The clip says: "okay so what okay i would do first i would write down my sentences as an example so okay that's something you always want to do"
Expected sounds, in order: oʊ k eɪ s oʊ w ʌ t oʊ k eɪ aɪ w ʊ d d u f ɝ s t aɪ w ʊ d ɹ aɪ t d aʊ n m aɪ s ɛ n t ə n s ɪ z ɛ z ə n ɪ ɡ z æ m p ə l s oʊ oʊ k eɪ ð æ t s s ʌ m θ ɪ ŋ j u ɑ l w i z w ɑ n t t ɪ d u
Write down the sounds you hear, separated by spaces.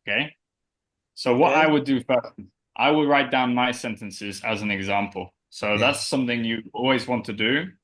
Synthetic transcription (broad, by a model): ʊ k eɪ s oʊ w ʌ t aɪ w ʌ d d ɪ f ɝ s t aɪ w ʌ d ɹ aɪ t d aʊ n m aɪ s ɛ n t ə n s ɪ z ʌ z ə n ɪ ɡ z æ m p ə l s oʊ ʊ ð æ t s s ʌ m θ ɪ ŋ j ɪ ɑ l w i z w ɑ n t t ɪ d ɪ